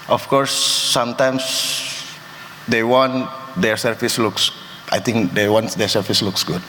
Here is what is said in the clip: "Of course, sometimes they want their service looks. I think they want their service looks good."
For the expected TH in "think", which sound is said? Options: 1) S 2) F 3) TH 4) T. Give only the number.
4